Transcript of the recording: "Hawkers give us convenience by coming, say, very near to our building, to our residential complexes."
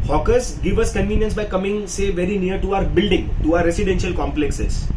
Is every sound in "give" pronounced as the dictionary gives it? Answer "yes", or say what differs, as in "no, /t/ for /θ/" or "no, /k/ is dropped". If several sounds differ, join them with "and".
yes